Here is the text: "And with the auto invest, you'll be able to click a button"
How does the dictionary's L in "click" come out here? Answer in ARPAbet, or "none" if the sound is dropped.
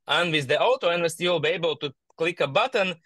L